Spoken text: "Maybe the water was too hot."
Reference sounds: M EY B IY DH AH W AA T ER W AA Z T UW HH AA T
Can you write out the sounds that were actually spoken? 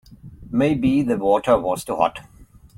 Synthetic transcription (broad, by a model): M EY B IY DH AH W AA T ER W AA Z T UW HH AA T